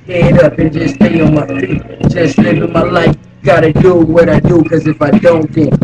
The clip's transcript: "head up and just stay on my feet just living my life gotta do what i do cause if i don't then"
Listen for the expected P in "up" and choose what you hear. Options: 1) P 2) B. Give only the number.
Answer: 2